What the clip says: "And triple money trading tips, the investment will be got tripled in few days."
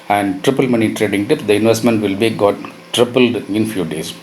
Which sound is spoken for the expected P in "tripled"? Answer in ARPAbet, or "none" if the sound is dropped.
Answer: P